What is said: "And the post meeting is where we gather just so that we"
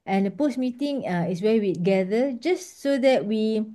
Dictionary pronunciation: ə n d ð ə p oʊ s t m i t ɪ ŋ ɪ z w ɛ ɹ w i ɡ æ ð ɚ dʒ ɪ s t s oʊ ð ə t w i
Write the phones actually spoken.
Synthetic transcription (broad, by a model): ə n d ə p oʊ s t m i t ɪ ŋ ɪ s w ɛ w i ɡ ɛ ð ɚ dʒ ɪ s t s oʊ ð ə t w i